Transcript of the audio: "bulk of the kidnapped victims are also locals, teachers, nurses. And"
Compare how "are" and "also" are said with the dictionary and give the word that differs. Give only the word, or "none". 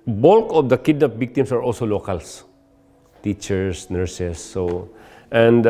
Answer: none